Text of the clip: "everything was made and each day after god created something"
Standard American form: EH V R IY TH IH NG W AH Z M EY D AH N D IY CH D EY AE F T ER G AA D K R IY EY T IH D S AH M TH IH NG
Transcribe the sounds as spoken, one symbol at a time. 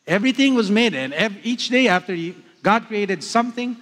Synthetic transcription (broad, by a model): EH V R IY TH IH NG W AH Z M EY D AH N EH IY CH D EY AE F T ER G AA D K R IY EY T IH D S AH M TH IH NG